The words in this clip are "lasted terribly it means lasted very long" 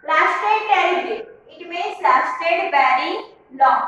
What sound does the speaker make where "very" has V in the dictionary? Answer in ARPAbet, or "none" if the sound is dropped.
B